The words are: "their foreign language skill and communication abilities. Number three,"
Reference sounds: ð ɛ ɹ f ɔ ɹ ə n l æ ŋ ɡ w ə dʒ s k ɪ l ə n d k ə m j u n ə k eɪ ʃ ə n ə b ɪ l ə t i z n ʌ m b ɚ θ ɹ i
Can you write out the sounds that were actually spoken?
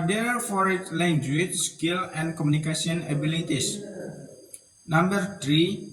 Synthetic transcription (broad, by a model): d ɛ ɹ f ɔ ɹ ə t l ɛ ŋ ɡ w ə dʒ s k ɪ l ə n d k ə m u n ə k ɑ s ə n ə b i l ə t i s n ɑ m b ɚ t ɹ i